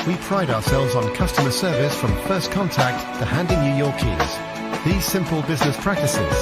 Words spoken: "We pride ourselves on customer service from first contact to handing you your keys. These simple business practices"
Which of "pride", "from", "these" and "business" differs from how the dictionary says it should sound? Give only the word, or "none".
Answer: none